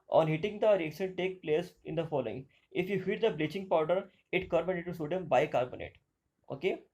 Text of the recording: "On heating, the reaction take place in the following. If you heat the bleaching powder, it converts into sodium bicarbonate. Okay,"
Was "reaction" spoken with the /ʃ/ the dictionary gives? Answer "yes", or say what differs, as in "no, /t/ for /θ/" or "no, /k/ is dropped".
no, /s/ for /ʃ/